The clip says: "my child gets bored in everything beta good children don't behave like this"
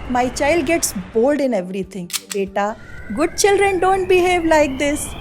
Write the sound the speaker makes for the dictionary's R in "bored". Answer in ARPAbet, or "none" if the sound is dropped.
L